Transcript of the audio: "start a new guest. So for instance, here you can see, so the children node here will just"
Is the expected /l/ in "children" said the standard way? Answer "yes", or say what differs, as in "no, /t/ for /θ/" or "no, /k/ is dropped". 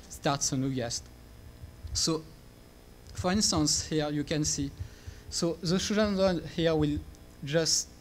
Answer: no, /l/ is dropped